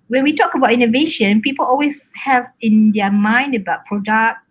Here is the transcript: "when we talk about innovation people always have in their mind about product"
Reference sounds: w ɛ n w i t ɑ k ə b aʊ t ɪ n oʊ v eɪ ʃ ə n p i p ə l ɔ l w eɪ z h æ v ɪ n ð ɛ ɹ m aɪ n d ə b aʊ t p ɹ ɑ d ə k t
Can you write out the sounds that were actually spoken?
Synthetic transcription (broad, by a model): w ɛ n w i t ɑ k ə b aʊ t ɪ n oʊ v eɪ ʃ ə n p i p ə l ɔ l w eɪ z h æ v ɪ n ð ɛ m aɪ n d ə b aʊ t p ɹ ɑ d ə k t